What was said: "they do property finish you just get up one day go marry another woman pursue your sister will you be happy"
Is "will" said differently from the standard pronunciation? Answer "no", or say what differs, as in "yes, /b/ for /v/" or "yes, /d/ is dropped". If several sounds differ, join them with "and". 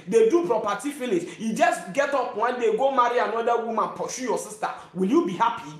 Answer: no